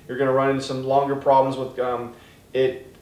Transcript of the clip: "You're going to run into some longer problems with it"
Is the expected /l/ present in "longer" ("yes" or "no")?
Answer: yes